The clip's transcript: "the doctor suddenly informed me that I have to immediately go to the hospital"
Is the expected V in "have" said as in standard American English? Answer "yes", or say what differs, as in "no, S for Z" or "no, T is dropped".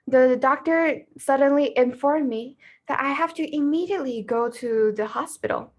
no, F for V